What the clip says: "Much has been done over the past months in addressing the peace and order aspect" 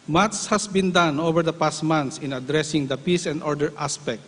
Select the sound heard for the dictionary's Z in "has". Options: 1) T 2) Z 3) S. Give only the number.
3